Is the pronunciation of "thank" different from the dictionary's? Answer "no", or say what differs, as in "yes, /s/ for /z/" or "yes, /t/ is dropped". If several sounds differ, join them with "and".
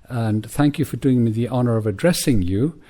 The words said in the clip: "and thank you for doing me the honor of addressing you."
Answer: no